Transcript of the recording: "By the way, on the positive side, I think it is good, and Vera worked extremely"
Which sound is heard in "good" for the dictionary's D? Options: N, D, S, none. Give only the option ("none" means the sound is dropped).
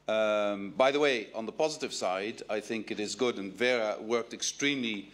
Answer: D